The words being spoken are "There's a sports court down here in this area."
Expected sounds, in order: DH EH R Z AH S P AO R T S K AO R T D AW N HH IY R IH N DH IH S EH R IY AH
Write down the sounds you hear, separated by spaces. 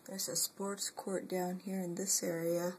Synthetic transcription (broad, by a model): DH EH R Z AH S P AO R T S K AO R T D AW N HH IY R IH N DH IH S EH R IY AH